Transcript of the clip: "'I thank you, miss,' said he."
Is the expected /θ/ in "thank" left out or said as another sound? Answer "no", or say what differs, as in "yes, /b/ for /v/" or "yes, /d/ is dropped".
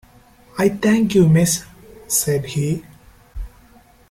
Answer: yes, /t/ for /θ/